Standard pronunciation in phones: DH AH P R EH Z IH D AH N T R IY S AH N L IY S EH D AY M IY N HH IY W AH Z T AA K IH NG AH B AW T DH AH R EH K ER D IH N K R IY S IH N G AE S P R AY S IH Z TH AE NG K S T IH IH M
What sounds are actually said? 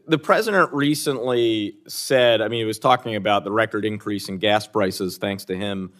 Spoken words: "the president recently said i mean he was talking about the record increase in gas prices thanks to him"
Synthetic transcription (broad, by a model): DH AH P R EH Z IH D AH N T R IY S AH N L IY S EH D AY M IY N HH IY W AH Z T AA K IH NG AH B AW T DH AH R EH K ER D IH N K R IY S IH N G AE S P R AY S IH Z TH AE NG K S T IH IH M